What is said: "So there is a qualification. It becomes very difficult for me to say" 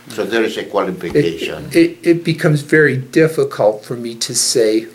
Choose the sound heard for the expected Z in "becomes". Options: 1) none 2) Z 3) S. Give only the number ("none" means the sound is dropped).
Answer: 2